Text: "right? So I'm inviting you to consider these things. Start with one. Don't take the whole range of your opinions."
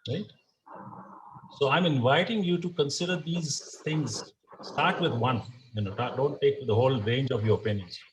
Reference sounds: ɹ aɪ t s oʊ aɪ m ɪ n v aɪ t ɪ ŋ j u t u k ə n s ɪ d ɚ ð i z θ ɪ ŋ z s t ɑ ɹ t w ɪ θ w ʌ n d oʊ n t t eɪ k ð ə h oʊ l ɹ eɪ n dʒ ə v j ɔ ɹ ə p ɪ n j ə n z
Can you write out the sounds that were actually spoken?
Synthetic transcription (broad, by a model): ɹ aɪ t s oʊ aɪ m ɪ n v aɪ t ɪ ŋ j u t u k ə n s ɪ d ɚ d i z t ɪ ŋ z s t ɑ ɹ t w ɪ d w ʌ n d oʊ n t t eɪ k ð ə h oʊ l ɹ eɪ n dʒ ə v j ɔ ɹ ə p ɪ n j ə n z